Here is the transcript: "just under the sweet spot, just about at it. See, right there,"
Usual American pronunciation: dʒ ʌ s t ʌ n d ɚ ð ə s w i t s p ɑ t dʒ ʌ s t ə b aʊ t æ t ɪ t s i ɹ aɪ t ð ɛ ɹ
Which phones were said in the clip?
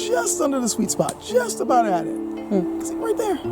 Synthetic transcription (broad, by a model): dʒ ʌ s t ʌ n d ɚ ð ə s w i t s p ɑ t dʒ ʌ s t ə b aʊ t æ t ɪ t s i ɹ aɪ t ð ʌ ɹ